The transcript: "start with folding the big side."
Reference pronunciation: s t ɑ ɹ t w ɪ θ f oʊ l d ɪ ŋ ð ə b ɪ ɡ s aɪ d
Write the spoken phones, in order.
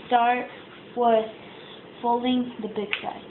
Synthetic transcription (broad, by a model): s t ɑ ɹ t w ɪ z f oʊ l d ɪ ŋ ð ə b ɪ ɡ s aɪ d